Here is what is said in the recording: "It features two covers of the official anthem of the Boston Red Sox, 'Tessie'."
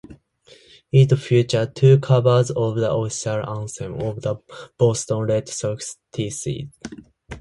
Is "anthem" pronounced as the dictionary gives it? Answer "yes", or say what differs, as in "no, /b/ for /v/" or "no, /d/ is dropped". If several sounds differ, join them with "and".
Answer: no, /s/ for /θ/